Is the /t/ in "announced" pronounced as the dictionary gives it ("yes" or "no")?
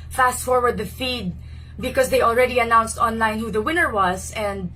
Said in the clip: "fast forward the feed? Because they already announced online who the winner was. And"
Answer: yes